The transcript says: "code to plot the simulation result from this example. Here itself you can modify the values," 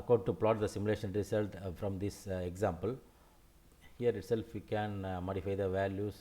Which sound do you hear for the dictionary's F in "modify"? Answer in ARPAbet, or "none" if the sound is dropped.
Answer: F